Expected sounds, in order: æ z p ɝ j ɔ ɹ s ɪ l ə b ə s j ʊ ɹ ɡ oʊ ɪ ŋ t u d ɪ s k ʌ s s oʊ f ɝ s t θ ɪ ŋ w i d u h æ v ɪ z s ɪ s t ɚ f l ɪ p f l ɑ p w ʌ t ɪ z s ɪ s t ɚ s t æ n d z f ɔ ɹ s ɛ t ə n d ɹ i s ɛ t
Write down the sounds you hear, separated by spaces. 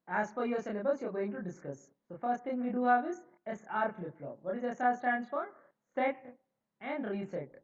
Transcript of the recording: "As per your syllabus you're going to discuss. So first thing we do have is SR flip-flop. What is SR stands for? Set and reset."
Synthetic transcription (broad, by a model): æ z f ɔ j ɔ ɹ s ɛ l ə b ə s j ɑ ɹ ɡ oʊ ɪ ŋ t u d ɪ s k ʌ s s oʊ f ɝ s t t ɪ ŋ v i d u h æ v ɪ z s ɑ t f l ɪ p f l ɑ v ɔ t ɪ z s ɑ t s t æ n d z f ɔ ɹ s ɛ t ə n d ɹ i s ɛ t